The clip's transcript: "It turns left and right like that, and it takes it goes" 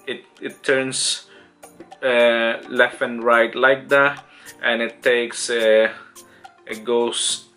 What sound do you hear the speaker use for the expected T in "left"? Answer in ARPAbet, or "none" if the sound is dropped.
none